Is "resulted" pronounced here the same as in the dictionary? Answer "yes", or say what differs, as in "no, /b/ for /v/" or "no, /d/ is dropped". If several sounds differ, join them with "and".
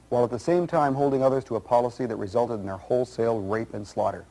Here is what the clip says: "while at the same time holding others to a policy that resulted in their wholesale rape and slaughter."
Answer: yes